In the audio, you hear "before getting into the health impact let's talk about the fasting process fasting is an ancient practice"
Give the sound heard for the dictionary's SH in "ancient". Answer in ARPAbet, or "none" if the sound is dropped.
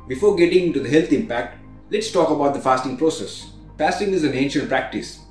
SH